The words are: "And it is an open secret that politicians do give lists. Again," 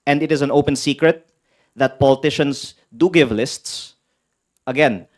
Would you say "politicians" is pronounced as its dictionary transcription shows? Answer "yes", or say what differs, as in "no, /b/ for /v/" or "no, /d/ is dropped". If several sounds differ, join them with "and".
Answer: no, /s/ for /z/